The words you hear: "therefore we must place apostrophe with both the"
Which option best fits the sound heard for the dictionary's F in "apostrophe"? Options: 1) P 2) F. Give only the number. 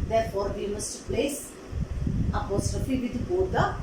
2